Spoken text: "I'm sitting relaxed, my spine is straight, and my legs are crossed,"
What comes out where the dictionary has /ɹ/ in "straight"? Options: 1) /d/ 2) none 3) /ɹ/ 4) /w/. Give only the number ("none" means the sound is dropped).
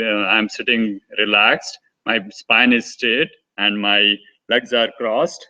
2